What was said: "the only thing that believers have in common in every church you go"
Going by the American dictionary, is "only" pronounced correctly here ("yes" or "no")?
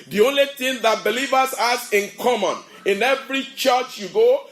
yes